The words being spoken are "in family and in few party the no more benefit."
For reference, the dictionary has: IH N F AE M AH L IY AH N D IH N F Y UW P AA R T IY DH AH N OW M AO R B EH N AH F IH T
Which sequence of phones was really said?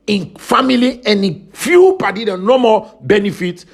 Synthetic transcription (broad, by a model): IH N F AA M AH L IY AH N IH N F Y UW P AA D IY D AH N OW M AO L B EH N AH F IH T